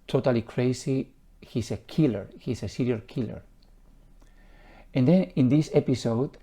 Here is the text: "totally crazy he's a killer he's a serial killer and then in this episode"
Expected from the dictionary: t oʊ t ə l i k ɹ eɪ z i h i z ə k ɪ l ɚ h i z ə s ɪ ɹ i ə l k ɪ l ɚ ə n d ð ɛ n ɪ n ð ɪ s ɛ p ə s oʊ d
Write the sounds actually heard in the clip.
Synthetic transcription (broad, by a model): t oʊ t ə l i k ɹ eɪ s i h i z ə k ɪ l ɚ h i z ə s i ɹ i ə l k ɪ l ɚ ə n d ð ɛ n ɪ n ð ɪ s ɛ p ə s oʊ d